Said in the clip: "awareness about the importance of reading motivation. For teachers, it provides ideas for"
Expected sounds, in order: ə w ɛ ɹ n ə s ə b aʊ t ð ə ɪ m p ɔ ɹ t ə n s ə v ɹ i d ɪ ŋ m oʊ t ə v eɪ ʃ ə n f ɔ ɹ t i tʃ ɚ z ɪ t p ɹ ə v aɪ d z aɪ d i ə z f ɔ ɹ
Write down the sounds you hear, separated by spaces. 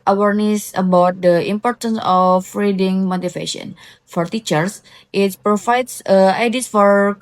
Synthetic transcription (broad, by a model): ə w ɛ ɹ n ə s ə b aʊ t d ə ɪ m p ɔ ɹ t ə n s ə f ɹ i d ɪ ŋ m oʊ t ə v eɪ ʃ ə n f ɔ ɹ t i tʃ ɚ s ɪ t p ɹ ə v aɪ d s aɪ d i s f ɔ ɹ